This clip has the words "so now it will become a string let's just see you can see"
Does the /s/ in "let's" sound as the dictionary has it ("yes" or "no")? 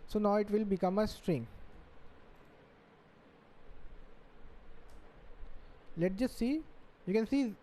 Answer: no